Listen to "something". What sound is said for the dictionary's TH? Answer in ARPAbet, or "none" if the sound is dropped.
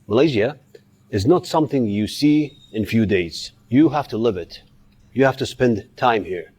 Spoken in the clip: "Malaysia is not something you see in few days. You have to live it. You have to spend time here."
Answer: TH